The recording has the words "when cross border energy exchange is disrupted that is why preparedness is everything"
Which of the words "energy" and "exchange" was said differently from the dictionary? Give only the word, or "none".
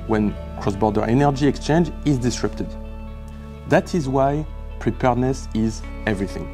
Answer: none